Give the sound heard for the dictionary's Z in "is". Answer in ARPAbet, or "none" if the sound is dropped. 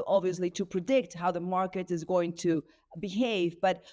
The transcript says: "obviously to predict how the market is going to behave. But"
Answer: Z